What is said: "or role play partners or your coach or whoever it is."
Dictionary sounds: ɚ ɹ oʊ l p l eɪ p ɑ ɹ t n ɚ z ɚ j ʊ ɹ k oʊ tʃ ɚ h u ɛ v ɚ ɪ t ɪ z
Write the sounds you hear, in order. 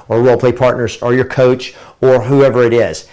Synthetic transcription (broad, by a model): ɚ w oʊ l p l eɪ p ɑ ɹ t n ɚ z ɚ j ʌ ɹ k oʊ tʃ ɚ h u ɛ v ɚ ɪ t ɪ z